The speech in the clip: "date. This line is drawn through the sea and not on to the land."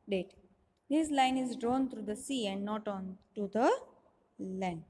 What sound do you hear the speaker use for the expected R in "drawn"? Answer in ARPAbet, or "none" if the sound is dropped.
R